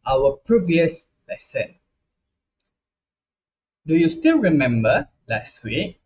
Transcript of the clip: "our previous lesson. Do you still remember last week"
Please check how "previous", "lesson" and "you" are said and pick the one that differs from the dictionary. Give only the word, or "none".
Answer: none